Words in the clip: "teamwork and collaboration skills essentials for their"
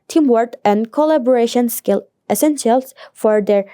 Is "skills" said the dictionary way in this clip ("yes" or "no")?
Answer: no